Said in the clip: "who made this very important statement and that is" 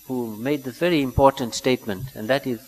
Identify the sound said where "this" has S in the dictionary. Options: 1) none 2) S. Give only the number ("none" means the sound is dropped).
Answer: 1